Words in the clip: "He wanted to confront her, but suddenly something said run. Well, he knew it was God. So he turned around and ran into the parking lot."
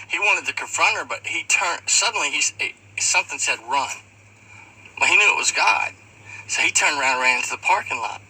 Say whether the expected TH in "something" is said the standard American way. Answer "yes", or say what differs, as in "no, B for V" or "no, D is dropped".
yes